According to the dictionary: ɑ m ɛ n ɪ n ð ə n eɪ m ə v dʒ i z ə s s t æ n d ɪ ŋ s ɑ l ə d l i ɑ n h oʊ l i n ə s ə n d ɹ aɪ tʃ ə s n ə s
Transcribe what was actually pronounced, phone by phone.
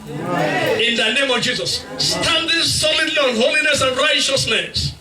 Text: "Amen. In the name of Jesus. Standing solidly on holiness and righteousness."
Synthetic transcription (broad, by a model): ɪ n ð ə n eɪ m ə v dʒ i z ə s s t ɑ n d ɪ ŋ s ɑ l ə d l i ɑ n h oʊ l i n ə s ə n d ɹ aɪ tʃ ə s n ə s